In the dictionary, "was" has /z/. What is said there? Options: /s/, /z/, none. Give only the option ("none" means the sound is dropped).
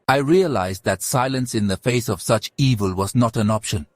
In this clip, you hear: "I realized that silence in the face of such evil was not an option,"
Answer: /z/